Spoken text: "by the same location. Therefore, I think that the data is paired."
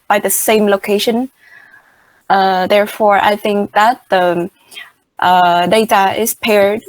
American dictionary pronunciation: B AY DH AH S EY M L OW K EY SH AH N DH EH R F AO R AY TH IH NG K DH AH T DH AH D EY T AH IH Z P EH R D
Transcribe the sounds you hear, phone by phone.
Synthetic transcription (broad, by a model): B AY DH AH S EY M L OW K EY SH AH N DH EH R F AO R AY TH IH NG K DH AH T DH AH D EY T AH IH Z P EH R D